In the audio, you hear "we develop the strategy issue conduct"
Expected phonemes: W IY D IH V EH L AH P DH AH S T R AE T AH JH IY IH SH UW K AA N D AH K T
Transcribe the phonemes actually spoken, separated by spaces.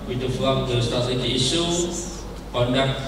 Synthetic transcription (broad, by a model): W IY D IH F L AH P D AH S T AA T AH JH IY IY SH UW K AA N D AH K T